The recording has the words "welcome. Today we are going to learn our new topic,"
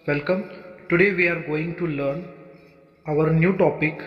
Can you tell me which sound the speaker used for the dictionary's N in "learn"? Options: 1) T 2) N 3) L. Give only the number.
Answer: 2